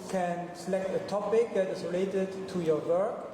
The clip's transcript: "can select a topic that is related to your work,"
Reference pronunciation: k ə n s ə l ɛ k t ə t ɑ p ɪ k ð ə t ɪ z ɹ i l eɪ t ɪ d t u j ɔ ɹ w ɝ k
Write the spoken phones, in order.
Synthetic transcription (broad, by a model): k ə n s ə l ɛ k t ə t ɑ p ɪ k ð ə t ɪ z ɹ i l eɪ t ɪ d t u j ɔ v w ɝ k